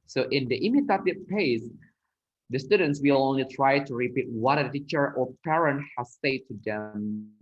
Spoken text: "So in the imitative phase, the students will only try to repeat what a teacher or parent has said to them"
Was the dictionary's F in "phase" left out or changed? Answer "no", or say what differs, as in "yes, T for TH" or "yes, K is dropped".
yes, P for F